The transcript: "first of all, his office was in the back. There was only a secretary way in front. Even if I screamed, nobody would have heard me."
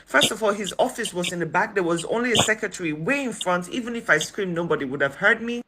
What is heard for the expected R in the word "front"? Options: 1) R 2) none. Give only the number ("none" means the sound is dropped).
1